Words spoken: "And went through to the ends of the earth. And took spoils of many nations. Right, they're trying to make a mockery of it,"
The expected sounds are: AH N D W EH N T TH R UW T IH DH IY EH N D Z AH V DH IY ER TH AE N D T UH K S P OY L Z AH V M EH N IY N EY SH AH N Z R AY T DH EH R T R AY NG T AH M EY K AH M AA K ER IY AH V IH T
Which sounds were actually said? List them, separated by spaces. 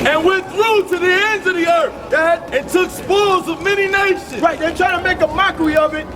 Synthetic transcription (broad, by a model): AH N W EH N TH R UW T IH DH IY EH N D Z AH V DH IY ER TH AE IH T UH K S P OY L Z AH V M EH N IY N EY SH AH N R AY T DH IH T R AY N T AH M EY K AH M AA K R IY AH V IH T